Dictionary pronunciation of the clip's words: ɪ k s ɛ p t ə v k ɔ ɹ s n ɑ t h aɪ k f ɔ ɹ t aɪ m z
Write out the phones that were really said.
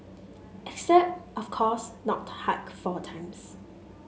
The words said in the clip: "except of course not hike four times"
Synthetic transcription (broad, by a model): ɪ k s ɛ p t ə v k ɔ s n ɑ t h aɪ k f ɔ t aɪ m s